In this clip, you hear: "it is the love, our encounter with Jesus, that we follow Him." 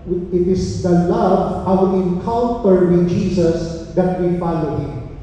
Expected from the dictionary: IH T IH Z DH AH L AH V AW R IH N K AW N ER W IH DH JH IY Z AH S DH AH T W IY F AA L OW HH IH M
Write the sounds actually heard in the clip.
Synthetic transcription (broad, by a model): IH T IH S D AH L AH V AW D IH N K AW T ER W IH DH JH IY S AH S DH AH T W IY F AA L OW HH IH M